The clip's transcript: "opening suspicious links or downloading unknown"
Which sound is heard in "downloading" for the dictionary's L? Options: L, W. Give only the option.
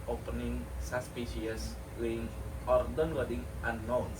W